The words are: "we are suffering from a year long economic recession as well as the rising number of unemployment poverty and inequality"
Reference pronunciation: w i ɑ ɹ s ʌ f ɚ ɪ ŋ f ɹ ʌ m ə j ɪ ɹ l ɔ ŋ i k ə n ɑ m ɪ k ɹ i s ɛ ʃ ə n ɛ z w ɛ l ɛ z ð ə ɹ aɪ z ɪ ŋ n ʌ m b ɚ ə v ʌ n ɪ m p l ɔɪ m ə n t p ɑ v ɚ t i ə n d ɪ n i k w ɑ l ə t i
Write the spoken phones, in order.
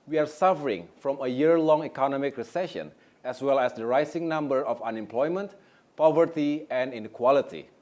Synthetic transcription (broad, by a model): w i ɑ ɹ s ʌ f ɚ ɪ ŋ f ɹ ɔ m ə j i ɹ l ɔ ŋ i k ə n ɑ m ɪ k ɹ i s ɛ ʃ ə n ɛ s w ɛ l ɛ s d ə ɹ aɪ s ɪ ŋ n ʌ m b ɚ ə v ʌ n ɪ m p l ɔɪ m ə n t p ɑ v ɚ t i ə n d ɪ n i k w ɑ l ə t i